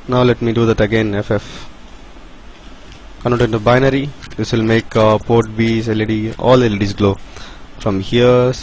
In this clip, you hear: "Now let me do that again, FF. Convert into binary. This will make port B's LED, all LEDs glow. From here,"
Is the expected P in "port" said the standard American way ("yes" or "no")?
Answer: yes